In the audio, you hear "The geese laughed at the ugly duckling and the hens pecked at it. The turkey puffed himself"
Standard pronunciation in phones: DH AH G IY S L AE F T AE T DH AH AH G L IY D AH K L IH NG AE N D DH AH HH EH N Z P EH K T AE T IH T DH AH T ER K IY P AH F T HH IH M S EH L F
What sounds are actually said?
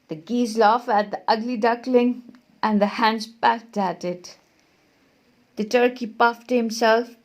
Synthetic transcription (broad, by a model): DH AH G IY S L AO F AE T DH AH AH G L IY D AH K L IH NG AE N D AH HH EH N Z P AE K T AE T IH T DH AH T ER K IY P AH F T HH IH M S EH L F